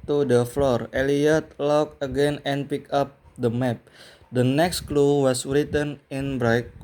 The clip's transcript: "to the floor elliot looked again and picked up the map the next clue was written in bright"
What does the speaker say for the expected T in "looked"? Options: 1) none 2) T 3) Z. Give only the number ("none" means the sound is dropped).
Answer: 1